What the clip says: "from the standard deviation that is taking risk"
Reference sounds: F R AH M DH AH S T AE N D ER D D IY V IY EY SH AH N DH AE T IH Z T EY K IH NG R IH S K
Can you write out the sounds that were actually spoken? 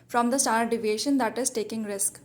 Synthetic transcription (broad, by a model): F R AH M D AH S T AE D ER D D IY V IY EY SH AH N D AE T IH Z T EY K IH NG R IH S K